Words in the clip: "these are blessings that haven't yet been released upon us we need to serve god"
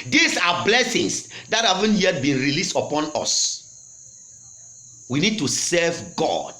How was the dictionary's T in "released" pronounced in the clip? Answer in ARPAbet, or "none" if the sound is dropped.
T